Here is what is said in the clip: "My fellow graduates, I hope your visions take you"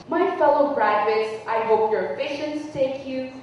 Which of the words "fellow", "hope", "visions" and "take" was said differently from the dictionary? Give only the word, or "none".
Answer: visions